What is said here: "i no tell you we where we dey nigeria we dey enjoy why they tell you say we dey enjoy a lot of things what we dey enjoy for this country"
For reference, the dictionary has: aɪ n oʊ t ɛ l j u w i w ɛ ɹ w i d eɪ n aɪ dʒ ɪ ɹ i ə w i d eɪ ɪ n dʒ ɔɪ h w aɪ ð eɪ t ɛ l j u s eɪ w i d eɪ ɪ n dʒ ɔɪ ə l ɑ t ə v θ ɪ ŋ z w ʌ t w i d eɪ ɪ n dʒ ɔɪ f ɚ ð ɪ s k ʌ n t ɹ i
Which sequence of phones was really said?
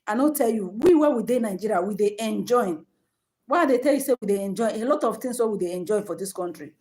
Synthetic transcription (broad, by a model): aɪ n oʊ t ɛ l j u w i w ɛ w i d eɪ n aɪ dʒ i ɹ i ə w i d eɪ ɪ n dʒ ɔɪ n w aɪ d eɪ t ɛ l j u s eɪ w i d eɪ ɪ n dʒ ɔɪ ə l ɑ t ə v t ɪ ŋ s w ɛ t w i d eɪ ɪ n dʒ ɔɪ f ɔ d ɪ s k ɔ n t ɹ i